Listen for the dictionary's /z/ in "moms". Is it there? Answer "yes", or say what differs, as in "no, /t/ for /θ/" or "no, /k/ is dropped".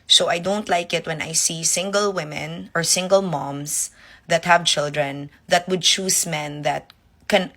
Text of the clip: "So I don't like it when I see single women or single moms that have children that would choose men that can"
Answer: no, /s/ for /z/